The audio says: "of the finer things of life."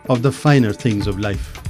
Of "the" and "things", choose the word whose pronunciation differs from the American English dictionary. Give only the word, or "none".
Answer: none